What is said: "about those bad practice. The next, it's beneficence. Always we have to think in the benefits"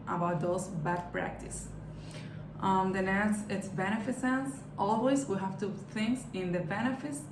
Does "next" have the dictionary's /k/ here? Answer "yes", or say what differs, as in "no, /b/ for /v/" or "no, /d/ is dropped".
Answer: no, /k/ is dropped